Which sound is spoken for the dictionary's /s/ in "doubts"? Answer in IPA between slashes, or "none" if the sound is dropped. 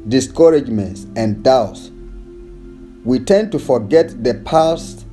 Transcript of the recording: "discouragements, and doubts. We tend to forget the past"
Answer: /s/